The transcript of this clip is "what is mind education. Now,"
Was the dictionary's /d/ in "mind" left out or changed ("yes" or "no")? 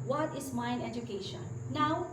yes